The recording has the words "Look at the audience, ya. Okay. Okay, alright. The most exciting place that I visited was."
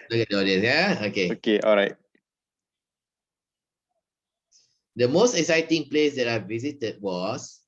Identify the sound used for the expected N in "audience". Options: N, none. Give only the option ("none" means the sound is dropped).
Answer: none